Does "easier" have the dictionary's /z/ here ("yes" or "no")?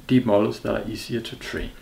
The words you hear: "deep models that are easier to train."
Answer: no